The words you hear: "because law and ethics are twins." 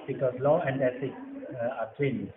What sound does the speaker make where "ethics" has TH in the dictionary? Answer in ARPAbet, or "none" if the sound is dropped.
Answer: S